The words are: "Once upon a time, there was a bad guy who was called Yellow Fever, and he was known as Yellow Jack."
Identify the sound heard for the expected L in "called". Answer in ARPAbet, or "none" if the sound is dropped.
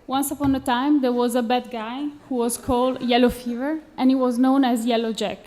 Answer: L